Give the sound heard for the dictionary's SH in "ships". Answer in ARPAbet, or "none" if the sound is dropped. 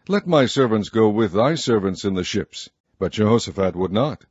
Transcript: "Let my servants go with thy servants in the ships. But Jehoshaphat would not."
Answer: SH